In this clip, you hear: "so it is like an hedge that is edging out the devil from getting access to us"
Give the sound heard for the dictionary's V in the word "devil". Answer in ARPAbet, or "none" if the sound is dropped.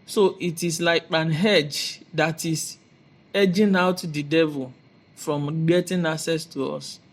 V